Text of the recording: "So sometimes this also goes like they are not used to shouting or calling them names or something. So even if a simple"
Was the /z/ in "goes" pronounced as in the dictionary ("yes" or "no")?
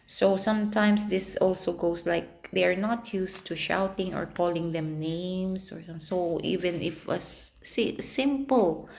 no